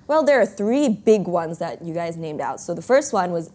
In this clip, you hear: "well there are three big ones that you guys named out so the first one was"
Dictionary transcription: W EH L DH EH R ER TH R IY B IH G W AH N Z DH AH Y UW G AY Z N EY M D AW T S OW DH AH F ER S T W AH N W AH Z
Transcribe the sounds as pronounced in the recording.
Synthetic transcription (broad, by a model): W EH L DH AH R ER TH R IY B IH G W AH N Z DH AH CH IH G AY Z N EY M D AW T S OW DH AH F ER S T W AH N W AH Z